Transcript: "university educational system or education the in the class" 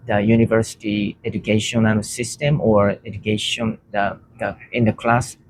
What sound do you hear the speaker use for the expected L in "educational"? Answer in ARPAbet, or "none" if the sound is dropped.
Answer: N